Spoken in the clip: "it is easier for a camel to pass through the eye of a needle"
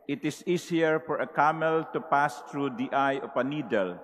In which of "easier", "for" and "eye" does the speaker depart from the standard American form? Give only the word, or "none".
easier